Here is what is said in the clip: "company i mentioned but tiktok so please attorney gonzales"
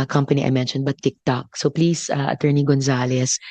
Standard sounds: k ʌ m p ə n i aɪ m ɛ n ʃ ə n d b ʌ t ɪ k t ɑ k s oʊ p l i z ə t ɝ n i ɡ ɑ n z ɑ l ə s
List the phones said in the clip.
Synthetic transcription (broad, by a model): k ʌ m p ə n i aɪ m ɛ n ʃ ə n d b ʌ t ɪ k t ɑ k s oʊ p l i s ə t ɝ n i ɡ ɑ n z ɑ l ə s